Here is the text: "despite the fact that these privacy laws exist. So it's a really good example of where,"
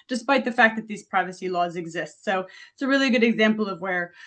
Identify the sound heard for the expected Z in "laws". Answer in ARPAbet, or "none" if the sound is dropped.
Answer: Z